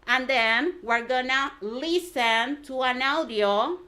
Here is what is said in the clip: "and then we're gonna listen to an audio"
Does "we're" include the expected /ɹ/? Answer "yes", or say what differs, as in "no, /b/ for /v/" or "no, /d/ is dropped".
yes